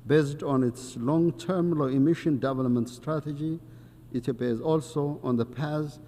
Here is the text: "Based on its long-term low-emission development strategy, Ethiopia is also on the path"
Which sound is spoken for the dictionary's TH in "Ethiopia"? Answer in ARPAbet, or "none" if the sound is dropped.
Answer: T